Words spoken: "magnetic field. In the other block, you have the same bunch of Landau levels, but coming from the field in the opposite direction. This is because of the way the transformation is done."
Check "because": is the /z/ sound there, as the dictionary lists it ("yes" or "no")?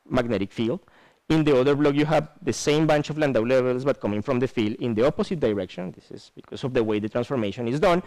no